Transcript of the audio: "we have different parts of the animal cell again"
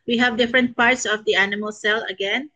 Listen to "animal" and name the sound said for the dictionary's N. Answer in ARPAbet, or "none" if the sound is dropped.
N